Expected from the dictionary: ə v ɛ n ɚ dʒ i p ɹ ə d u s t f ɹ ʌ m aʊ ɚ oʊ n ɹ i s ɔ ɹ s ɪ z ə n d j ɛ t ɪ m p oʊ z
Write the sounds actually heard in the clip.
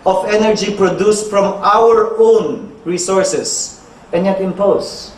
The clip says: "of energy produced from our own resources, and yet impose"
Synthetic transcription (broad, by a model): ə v ɛ n ɚ dʒ i p ɹ ə d u s t f ɹ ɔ m aʊ ɚ oʊ n ɹ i s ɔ ɹ s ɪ s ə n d j ɛ t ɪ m p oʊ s